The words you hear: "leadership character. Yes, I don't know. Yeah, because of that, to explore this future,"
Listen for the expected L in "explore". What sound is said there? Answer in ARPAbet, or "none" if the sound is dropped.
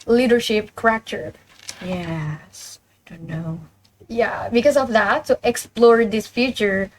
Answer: L